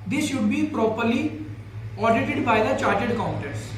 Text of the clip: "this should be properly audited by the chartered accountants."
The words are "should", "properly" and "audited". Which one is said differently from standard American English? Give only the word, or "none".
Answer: none